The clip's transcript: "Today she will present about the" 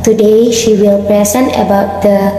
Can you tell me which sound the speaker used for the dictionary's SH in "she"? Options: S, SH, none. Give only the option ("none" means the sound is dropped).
SH